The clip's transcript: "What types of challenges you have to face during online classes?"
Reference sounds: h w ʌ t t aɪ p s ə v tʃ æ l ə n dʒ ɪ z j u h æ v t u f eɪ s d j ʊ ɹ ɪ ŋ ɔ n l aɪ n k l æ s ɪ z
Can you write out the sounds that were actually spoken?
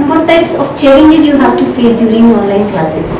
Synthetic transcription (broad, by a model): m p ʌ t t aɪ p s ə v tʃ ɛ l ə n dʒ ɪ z j u h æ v t u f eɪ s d j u ɹ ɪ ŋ ɔ n l aɪ n k l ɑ s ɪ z